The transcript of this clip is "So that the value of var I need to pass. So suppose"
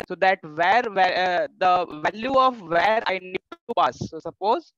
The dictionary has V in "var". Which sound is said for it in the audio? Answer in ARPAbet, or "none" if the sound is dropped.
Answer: V